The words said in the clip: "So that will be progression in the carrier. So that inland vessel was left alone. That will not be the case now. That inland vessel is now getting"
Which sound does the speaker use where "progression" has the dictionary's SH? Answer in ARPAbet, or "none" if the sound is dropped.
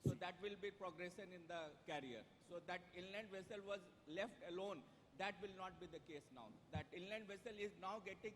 S